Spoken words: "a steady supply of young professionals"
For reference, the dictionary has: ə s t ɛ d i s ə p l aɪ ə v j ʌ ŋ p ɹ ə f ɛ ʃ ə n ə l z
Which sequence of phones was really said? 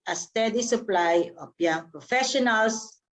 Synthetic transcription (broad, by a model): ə s t ɛ d i s ə p l aɪ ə p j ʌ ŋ p ɹ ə f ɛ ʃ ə n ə l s